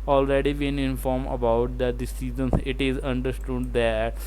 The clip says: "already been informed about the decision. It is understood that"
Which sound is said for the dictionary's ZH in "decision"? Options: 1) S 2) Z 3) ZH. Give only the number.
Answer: 2